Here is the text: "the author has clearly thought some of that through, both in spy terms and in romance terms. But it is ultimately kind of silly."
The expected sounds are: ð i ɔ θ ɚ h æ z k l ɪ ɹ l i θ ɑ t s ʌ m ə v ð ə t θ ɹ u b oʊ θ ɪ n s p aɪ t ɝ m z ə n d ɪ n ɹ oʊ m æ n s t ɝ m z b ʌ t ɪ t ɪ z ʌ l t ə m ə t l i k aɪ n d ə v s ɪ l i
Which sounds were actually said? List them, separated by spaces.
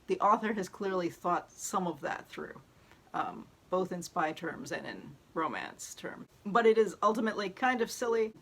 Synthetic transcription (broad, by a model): ð i ɔ θ ɚ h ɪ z k l ɪ ɹ l i θ ɑ t s ʌ m ə v ð ə t θ ɹ u b oʊ θ ɪ n s p aɪ t ɝ m z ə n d ɪ n ɹ oʊ m æ n s t ɝ m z b ʌ t ɪ t ɪ z ʌ l t ə m ə t l i k aɪ n d ə v s ɪ l i